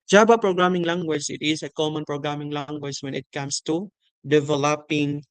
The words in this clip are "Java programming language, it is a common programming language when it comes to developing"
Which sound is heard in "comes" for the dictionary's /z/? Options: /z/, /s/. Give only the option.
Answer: /s/